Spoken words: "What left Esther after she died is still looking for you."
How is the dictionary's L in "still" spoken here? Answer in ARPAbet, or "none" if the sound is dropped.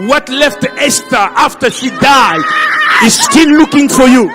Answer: N